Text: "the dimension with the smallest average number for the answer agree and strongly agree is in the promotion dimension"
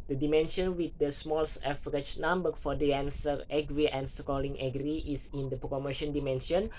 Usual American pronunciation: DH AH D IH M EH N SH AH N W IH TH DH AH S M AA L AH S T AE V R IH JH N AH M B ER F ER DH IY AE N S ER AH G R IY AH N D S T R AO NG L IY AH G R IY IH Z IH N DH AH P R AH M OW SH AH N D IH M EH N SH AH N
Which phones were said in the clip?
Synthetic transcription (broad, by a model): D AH D IH M EH N SH AH N W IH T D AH S M AA L S EH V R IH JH N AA M B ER F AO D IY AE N S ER AH G R IY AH N S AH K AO L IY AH G R IY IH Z IH N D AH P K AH M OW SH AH N D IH M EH N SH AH N